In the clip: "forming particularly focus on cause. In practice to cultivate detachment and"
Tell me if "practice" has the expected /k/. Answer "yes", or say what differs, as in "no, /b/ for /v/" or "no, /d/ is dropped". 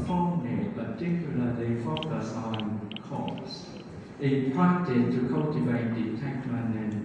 no, /k/ is dropped